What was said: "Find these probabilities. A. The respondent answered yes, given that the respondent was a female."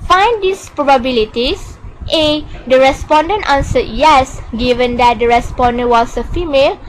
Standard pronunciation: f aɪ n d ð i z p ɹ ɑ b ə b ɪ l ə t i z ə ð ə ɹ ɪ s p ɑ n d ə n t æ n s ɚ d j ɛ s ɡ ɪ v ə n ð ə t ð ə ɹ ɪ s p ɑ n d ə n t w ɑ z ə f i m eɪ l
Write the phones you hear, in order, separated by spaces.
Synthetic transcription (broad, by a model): f aɪ n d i s p ɹ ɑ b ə b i l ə t i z ə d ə ɹ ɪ s p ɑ n d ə n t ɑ n s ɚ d j ɛ s ɡ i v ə n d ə t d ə ɹ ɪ s p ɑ n d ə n w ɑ s ə f i m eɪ l